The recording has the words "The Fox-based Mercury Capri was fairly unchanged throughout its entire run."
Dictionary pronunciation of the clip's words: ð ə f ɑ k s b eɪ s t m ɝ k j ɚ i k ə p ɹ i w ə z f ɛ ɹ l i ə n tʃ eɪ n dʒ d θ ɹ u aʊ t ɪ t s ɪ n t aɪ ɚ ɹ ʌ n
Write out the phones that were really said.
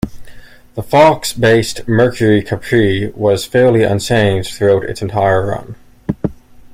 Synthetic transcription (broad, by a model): ð ə f ɑ k s b eɪ s t m ɝ k j ɚ i k ə p ɹ i w ə z f ɛ ɹ l i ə n s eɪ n θ ɹ u aʊ t ɪ t s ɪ n t aɪ ɚ ɹ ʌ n